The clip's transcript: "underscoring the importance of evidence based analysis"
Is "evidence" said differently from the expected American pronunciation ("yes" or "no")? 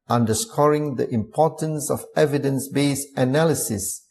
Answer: no